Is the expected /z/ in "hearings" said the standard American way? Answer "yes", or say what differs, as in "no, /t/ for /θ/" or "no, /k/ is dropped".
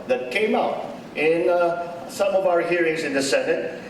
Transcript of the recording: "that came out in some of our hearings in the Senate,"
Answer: yes